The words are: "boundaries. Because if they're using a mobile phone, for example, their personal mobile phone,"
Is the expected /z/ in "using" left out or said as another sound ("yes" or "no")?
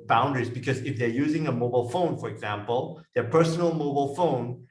no